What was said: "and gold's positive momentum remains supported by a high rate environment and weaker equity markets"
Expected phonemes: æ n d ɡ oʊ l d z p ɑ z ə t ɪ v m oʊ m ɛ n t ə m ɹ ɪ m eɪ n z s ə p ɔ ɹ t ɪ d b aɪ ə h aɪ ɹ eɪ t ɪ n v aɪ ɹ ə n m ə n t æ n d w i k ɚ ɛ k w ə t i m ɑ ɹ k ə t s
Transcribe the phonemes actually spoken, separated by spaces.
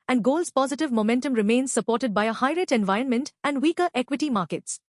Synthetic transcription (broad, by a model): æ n d ɡ oʊ l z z p ɑ z ə t ɪ v m oʊ m ɛ n t ə m ɹ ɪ m eɪ n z s ə p ɔ ɹ t ɪ d b aɪ ə h aɪ ɹ eɪ t ɪ n v aɪ ɹ ə n m ə n t æ n d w i k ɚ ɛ k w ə t i m ɑ ɹ k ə t s